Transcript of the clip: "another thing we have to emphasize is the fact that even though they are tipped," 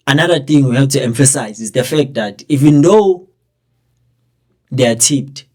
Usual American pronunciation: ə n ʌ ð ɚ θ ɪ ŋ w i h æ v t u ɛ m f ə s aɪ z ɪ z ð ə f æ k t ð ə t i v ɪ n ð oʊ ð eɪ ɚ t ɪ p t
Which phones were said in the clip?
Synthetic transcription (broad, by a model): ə n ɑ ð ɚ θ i ŋ w i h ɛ p t u ɛ m f ə s aɪ z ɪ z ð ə f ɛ k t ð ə t i v ɪ n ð oʊ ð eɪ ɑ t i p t